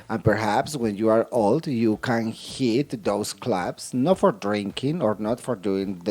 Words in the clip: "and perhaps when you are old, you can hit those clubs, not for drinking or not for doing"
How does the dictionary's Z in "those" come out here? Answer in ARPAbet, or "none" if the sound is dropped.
S